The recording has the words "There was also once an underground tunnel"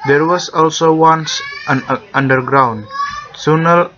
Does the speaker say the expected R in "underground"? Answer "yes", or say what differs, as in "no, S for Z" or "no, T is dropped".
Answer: yes